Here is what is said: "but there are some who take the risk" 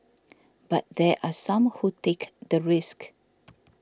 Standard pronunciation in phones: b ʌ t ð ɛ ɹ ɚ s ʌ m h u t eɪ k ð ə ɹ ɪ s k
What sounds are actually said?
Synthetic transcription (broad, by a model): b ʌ t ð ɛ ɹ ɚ s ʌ m h u t eɪ k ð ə ɹ ɪ s k